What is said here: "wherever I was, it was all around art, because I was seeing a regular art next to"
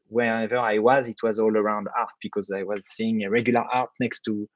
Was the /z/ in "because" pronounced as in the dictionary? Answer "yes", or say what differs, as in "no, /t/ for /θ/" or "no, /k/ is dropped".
yes